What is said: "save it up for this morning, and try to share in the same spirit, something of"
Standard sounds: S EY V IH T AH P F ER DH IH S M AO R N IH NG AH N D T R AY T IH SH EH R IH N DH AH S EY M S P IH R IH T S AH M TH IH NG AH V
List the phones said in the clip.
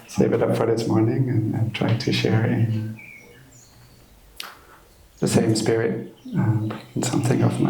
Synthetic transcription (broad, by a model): S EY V IH T AH P F ER DH IH S M AO R N IH NG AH N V T R AY T IH SH EH R IH N DH AH S EY M S P IH R IH T S AH M TH IH NG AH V